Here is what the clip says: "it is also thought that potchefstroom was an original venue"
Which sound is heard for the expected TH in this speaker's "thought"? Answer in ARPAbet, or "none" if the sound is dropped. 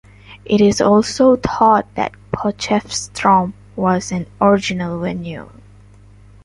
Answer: T